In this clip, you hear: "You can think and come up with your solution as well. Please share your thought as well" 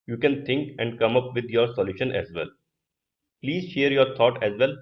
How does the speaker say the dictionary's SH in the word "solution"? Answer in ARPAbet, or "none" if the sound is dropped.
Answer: SH